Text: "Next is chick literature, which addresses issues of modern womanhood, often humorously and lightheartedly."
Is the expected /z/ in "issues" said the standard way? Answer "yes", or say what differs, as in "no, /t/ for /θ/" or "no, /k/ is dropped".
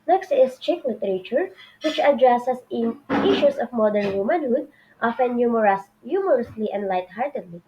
no, /s/ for /z/